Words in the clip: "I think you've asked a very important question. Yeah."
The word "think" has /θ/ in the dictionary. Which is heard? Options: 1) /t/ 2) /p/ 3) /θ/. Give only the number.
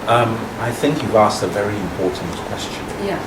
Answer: 3